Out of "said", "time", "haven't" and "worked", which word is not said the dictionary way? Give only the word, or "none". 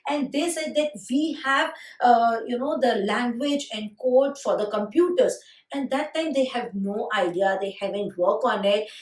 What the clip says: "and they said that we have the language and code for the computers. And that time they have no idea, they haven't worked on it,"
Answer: worked